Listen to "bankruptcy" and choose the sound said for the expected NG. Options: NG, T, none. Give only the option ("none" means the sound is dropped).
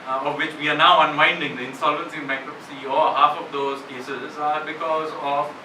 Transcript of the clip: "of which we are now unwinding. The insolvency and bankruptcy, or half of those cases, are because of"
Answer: none